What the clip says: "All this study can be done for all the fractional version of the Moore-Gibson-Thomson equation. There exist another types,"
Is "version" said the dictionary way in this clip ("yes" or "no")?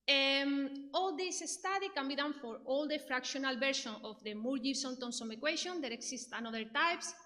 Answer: no